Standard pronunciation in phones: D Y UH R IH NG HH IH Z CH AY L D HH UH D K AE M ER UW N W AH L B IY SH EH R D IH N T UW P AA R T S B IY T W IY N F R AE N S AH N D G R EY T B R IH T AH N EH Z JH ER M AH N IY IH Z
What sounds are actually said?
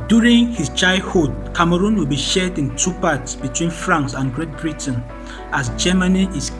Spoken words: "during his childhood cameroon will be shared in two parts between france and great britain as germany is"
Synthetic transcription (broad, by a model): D Y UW R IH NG HH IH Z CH AY D HH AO D K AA M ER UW N W AH L B IY SH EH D IH N T UW P AA T S B IY T W IY N F R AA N S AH N G R EY T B R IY T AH N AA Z JH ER M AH N IY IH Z